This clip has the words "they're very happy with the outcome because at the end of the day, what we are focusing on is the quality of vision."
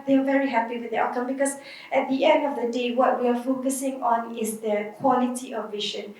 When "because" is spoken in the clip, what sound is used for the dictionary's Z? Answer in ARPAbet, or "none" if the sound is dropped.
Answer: S